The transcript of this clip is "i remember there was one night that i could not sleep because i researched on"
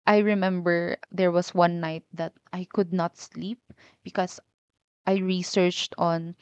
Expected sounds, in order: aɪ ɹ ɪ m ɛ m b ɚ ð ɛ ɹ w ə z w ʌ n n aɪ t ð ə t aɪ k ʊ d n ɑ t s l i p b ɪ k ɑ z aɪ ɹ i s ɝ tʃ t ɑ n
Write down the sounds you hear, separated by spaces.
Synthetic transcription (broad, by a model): aɪ ɹ ɪ m ɛ m b ɚ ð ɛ ɹ w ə s w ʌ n n aɪ t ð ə t aɪ k ʊ d n ɑ t s l i p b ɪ k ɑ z aɪ ɹ i s ɝ tʃ t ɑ n